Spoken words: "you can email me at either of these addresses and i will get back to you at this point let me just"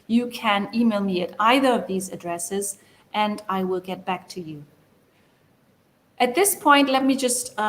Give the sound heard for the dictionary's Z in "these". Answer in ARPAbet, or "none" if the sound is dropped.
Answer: Z